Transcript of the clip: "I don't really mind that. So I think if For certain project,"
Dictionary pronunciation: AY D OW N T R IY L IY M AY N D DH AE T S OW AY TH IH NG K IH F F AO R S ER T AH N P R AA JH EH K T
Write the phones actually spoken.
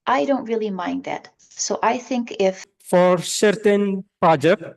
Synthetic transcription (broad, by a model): AY D OW N T R IY L IY M AY N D DH AE T S OW AY TH IH NG K IH F F AO R S ER T AH N P R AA JH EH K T